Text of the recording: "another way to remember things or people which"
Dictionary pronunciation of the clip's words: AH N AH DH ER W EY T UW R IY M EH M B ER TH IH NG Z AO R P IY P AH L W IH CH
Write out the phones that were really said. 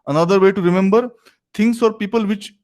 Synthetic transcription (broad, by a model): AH N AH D ER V EY T UW R IY M EH M B ER T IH NG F AO R P IY P AH L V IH CH